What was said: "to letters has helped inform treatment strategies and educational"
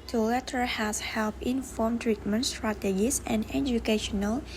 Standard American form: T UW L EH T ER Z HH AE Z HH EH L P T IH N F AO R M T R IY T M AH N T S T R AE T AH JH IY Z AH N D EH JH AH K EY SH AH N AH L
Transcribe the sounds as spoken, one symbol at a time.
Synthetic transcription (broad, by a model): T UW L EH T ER HH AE S HH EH L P IH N F AO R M T R IY T M AH N T S T R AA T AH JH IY S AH N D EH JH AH K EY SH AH N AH L